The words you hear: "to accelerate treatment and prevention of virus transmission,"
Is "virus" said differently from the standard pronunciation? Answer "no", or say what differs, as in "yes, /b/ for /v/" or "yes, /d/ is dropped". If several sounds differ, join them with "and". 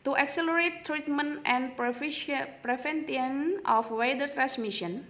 yes, /s/ is dropped